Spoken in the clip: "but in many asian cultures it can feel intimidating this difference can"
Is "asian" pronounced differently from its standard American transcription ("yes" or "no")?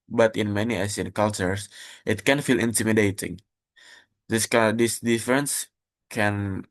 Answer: yes